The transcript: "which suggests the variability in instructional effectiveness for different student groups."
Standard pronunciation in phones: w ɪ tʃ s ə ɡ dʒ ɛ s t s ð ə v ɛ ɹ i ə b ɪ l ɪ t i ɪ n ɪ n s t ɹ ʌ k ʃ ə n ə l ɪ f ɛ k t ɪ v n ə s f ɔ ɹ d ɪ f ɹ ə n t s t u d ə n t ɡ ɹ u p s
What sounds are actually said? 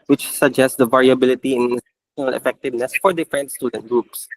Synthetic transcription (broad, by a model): w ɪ tʃ s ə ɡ dʒ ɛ s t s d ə v ɛ ɹ i ə b ɪ l ɪ t i ɪ n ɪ n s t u ʃ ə n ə l ɪ f ɛ k t ɪ v n ə s f ɔ ɹ d ɪ f ɹ ə n t s t u d ə n t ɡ ɹ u p s